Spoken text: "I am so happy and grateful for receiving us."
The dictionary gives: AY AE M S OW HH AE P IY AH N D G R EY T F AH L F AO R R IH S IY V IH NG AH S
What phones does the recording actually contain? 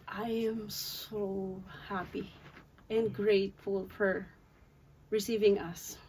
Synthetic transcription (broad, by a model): AY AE M S OW HH AE P IY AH N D G R EY T F AH L F AO R R IH S IY V IH NG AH S